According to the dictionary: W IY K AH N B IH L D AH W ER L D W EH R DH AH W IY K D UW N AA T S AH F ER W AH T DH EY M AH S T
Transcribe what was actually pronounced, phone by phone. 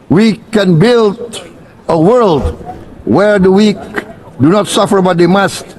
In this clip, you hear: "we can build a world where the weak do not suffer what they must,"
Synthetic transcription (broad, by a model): W IY K AH N B IH L D AH W ER L D W EH R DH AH W IY K D UW N AA T S AH F ER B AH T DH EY M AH S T